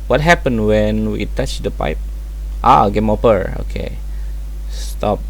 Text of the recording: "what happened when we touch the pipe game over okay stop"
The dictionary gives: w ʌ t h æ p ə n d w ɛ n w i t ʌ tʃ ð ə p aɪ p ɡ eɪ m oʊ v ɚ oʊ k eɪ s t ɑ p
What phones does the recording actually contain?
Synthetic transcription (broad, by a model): w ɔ t h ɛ p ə n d w ɛ n w i t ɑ tʃ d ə p aɪ p ɡ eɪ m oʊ p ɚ oʊ k eɪ s t ɑ p